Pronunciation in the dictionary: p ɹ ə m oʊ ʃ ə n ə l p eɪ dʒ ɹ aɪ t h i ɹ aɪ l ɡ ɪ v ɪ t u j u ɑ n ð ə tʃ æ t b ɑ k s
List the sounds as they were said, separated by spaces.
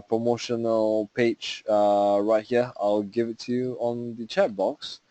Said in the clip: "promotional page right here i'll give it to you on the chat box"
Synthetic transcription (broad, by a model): p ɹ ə m oʊ ʃ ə n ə l p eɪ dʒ ɹ aɪ t h i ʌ aɪ l ɡ ɪ v ɪ t u j u ɑ n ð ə tʃ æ t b ɑ k s